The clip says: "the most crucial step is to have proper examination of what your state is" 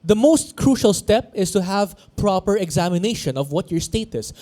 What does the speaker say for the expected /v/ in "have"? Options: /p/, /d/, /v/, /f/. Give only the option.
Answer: /v/